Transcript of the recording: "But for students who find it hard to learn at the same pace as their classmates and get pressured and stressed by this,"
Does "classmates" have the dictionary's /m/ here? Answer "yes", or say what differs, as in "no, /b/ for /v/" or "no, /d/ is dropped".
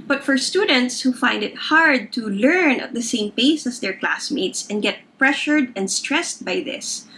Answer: yes